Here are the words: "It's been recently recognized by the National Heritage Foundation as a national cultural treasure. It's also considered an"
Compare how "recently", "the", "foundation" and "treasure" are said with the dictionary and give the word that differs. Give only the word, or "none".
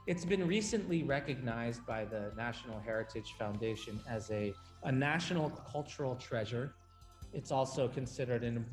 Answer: none